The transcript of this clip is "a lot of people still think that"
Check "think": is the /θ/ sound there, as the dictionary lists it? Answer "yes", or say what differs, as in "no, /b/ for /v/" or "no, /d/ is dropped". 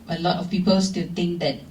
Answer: no, /t/ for /θ/